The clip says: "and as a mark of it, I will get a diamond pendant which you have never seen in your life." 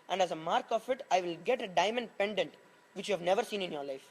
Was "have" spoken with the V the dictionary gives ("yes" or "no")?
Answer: yes